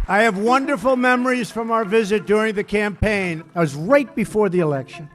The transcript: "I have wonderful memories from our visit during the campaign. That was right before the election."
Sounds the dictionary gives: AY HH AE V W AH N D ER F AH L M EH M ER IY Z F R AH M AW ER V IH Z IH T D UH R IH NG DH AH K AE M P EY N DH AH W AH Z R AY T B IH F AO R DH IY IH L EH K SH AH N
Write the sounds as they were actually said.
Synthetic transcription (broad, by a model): AY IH V W AH N D ER F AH L M EH M ER IY Z F R AH M AW ER V IH Z IH T D UH R IH NG DH AH K AE M P EY N W AH Z R AY T B IH F AO R DH IY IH L EH K SH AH N